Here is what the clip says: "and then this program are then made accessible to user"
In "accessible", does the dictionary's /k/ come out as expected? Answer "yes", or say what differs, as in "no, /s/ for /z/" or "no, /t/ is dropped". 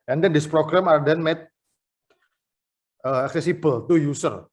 yes